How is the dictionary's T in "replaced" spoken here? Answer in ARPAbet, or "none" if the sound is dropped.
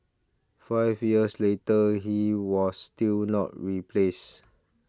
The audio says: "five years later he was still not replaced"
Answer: none